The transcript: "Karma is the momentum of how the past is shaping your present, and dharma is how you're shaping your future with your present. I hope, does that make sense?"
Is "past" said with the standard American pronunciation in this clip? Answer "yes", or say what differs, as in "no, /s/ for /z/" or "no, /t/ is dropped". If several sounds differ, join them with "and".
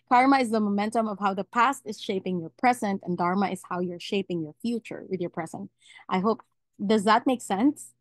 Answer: yes